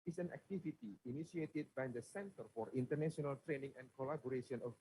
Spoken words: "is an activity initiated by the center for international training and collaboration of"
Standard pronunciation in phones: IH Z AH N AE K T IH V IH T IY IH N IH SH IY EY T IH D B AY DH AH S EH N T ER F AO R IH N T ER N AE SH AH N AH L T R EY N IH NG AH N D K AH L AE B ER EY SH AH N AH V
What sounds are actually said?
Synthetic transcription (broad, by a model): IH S AH N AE K T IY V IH T IY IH N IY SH IY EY T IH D B AY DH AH S EH N T ER F AO R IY N T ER N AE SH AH N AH L T R EY N IH NG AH N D K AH L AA B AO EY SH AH N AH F